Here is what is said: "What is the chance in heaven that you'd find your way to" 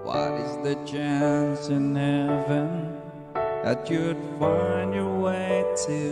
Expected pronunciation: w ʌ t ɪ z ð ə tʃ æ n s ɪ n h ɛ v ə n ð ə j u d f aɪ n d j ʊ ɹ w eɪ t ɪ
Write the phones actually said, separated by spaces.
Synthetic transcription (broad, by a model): w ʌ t ɪ z ð ə tʃ æ n s ɪ n h ɛ v ə n ð ə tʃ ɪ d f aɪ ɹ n j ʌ ɹ w eɪ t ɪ